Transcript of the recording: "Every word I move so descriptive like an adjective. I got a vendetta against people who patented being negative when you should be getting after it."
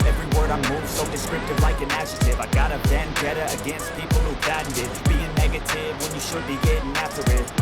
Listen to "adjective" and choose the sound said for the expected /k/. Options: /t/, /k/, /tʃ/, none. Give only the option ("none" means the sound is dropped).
none